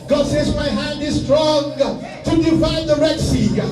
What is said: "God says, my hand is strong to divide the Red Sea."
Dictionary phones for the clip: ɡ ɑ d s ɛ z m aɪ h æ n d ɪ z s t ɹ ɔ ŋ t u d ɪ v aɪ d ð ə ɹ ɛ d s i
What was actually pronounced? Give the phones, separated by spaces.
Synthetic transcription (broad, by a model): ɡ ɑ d s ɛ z m aɪ h æ n d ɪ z s t ɹ ɔ ŋ t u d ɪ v aɪ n ð ə ɹ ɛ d s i